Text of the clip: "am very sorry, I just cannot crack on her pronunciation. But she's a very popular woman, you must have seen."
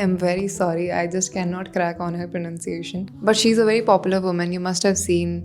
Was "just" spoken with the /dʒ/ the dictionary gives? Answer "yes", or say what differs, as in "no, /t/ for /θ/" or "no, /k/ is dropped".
yes